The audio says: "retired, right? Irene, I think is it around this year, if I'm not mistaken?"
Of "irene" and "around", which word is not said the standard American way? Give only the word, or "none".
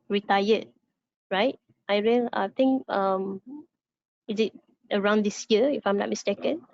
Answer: irene